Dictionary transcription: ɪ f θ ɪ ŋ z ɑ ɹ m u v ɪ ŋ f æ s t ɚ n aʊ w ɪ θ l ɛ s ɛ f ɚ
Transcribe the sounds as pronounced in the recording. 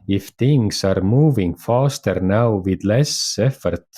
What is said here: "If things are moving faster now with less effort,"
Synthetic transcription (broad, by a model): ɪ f t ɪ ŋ s ɑ ɹ m u v ɪ ŋ f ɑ s t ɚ n aʊ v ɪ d l ɛ s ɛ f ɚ